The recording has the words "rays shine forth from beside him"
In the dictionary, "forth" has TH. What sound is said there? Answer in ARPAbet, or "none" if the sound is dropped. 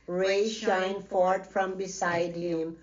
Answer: T